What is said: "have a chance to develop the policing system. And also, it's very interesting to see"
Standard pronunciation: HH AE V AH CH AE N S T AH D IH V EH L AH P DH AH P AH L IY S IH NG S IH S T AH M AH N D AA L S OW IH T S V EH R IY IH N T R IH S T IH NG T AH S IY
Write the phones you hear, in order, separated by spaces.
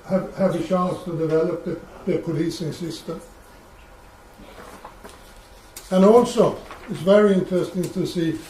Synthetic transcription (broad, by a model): HH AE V AH SH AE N S T AH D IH V EH L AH P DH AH P AH L IY S IH NG S IH S T AH M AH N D AA L S OW IH T S V EH R IY IH N T R IH S T IH NG T AH S IY